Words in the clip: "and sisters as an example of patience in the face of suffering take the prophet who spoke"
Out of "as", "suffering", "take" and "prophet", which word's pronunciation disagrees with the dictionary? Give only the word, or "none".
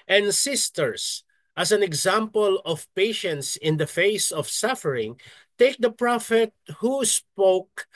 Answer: as